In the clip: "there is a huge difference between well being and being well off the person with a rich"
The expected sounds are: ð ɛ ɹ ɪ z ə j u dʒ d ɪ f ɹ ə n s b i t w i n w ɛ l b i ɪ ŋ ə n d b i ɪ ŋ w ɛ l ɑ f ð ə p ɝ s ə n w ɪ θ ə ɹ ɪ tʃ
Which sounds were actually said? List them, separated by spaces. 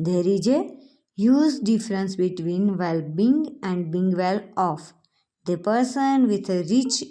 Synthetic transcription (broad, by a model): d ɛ ɹ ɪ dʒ ə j u z d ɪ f ɹ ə n s b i t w i n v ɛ l b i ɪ ŋ ə n d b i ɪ ŋ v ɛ l ɑ f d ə p ɝ s ə n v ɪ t ə ɹ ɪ tʃ